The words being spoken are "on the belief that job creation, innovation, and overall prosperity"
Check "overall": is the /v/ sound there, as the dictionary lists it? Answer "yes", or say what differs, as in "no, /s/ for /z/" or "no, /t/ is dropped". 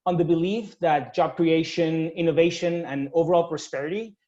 yes